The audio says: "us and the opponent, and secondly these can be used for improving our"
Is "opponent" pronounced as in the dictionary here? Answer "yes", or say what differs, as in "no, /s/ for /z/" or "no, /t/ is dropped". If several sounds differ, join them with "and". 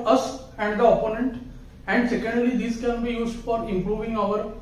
yes